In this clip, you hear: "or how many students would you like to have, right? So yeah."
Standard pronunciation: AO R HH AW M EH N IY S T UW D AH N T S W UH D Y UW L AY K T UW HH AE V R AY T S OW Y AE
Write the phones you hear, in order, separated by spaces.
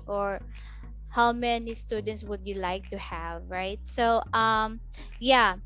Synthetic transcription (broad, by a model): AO R HH AW M EH N IY S T UW D AH N T S W UH D Y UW L AY K T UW HH AE V R AY T S OW Y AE